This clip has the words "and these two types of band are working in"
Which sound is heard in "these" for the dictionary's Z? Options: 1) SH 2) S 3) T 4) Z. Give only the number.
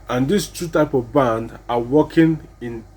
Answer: 2